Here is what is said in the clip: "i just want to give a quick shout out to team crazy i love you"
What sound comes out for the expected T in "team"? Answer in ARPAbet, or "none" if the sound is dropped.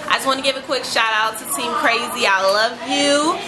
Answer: S